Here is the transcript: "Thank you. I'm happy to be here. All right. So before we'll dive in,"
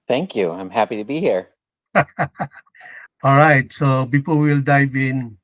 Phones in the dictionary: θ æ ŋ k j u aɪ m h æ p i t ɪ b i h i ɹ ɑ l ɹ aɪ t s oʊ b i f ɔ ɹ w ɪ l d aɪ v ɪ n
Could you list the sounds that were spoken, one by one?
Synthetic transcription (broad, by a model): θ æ ŋ k j u aɪ m h æ p i t ɪ b i h i ɹ ɑ l ɹ aɪ t s oʊ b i p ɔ l w ɪ l d aɪ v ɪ n